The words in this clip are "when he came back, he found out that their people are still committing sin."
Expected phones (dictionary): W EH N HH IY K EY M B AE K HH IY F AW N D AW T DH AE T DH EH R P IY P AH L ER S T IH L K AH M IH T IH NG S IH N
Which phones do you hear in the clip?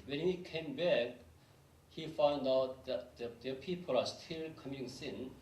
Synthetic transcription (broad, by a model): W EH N HH IY K EY M B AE K HH IY F AW N D AW T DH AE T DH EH P IY P AH L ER S T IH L K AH M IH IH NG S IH N